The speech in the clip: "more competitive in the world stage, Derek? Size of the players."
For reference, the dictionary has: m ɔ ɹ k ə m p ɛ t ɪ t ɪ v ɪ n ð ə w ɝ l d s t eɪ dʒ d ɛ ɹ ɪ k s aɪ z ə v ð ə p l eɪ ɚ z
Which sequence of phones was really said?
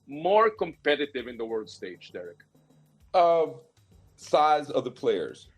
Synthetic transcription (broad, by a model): m ɔ ɹ k ə m p ɛ t ɪ t ɪ v ɪ n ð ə w ɝ l d s t eɪ dʒ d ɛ ɹ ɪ k s aɪ z ə v ð ə p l eɪ ɚ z